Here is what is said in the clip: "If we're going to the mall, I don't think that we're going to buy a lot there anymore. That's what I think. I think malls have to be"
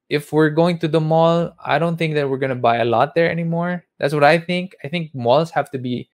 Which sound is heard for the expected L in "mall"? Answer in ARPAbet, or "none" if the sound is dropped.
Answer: L